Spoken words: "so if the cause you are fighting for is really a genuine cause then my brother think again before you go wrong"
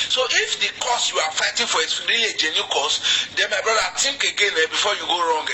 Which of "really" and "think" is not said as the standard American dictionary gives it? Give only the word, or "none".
think